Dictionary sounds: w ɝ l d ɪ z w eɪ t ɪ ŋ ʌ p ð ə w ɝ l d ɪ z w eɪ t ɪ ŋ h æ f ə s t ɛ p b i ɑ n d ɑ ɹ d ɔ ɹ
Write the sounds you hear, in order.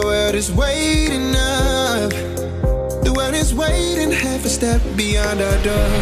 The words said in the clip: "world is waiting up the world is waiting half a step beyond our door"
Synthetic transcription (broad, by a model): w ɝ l d ɪ z w eɪ t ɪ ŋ ʌ f ð ə w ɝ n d ɪ z w eɪ t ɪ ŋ h æ f ə s t ɛ p b i ɑ n d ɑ d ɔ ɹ